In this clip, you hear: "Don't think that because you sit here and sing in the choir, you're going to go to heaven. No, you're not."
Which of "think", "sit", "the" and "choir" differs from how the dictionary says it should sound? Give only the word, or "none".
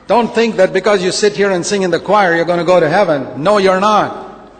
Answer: none